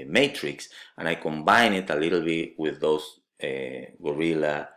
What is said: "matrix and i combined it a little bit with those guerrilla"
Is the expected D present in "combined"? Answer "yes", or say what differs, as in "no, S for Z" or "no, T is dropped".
no, D is dropped